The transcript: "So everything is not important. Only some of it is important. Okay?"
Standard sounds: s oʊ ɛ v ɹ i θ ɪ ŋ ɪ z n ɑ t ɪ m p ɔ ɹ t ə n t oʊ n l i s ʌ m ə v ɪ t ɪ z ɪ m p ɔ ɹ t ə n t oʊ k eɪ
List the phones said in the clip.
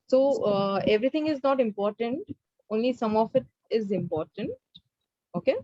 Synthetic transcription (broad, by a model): s oʊ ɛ v ɹ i t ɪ ŋ ɪ z n ɑ t ɪ m p ɔ ɹ t ə n t oʊ n l i s ʌ m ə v ɪ t ɪ z ɪ m p ɔ ɹ t ə n t oʊ k eɪ